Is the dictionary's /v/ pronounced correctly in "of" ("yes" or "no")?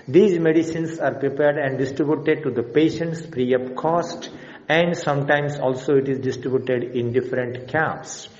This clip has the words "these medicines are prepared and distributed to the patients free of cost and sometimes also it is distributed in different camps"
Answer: no